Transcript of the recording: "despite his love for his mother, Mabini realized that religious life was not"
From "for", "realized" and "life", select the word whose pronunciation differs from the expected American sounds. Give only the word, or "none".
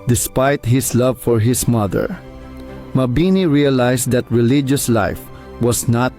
realized